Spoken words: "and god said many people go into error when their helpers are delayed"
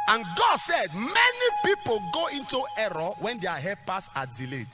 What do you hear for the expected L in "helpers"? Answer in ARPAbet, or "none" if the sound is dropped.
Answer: none